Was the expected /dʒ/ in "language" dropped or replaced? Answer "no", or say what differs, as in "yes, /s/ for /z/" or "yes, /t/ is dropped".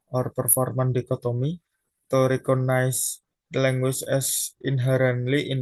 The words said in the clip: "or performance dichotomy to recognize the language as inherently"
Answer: yes, /tʃ/ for /dʒ/